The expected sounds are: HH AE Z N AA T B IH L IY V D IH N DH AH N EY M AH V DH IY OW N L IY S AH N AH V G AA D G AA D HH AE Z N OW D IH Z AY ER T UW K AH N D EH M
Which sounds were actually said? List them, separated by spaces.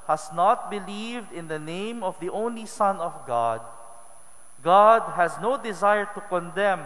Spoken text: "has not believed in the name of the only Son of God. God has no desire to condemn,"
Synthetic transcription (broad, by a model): HH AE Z N AA T B IH L IY V D IH N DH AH N EY M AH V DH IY OW N L IY S AH N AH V G AA D G AA D HH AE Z N OW D IH Z AY ER T UW K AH N D EH M